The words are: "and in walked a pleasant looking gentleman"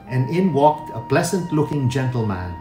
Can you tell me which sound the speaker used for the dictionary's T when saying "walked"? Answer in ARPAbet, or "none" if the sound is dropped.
T